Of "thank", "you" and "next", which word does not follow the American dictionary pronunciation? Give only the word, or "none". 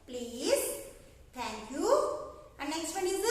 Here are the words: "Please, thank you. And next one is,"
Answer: thank